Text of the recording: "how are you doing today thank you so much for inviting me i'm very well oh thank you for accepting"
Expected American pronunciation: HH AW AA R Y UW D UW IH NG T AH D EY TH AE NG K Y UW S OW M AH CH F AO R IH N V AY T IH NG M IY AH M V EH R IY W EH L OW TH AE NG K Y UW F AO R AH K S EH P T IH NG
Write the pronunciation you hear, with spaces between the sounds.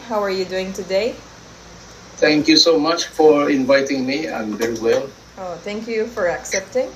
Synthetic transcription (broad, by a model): HH AW AA R Y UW D UW IH NG T AH D EY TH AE NG K Y UW S OW M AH CH F AO R IH N V AY T IH NG M IY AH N V EH R IY W EH L OW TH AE NG K Y UW F AO R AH K S EH P T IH NG